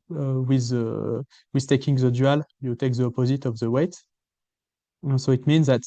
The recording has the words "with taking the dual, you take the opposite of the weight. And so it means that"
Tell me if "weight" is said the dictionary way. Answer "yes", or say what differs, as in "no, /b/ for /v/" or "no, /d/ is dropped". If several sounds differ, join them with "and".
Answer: yes